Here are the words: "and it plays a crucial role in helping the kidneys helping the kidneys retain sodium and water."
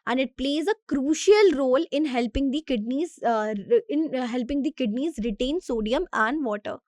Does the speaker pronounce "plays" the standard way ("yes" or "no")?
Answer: yes